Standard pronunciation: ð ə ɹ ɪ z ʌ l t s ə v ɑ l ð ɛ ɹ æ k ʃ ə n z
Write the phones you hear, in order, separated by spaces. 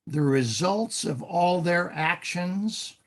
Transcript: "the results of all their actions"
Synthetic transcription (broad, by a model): ð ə ɹ ɪ z ʌ l t s ə v ɑ l ð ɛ ɹ æ k ʃ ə n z